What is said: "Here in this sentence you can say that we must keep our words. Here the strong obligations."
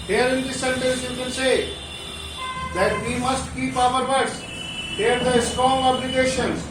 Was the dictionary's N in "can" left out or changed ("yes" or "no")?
yes